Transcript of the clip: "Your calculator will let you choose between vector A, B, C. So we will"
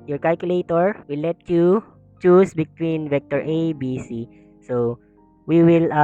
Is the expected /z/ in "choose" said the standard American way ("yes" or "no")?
no